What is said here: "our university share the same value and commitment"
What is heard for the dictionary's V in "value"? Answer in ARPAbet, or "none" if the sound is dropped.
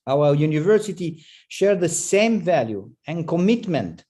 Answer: V